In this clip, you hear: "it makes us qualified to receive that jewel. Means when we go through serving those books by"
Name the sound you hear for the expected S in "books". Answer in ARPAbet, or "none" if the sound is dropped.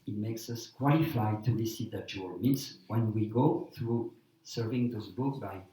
none